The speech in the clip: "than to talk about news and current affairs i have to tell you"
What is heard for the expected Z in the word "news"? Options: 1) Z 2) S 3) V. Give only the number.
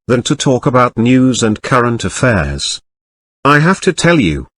1